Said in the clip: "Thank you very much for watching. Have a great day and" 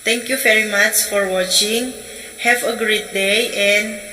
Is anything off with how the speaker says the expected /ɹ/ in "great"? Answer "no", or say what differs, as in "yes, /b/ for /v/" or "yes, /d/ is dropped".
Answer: no